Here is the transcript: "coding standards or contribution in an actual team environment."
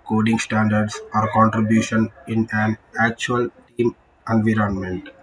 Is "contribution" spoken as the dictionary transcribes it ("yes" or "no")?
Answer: yes